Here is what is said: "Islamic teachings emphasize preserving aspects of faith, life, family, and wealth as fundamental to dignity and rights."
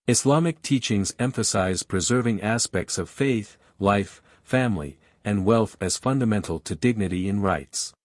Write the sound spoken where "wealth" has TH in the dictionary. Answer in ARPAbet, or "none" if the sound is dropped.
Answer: TH